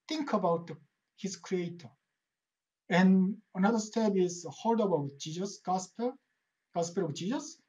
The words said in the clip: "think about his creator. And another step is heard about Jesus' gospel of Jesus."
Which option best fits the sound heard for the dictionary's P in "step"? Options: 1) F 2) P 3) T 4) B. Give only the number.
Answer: 4